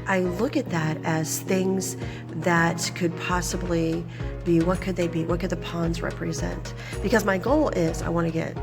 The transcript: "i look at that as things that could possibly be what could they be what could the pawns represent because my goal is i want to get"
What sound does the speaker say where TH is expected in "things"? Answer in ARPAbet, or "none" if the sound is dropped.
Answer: TH